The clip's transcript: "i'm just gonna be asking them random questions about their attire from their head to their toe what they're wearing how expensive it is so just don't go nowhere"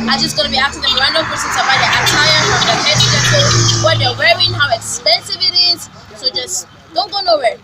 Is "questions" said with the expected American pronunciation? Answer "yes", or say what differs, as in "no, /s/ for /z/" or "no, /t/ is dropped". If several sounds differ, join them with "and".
no, /tʃ/ is dropped